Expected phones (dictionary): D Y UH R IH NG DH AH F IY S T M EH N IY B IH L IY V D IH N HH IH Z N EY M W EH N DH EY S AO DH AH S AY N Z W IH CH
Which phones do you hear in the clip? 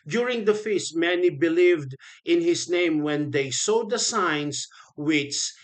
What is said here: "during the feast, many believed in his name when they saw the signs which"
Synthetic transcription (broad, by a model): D Y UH R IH NG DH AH F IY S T M EH N IY B IH L IY V D IH N HH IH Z N EY M W EH N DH EY S AO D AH S AY N S W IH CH